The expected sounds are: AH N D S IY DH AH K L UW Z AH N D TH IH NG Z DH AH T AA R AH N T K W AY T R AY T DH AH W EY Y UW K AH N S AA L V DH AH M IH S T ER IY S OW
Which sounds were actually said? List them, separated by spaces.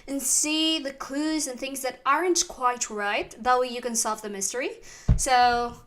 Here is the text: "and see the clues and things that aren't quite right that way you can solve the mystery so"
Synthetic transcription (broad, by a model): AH N S IY DH AH K L UW Z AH N TH IH NG Z DH AH T AA R AH N T K W AY T R AY T DH AH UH Y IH K AH N S AA L V DH AH M IH S T ER IY S OW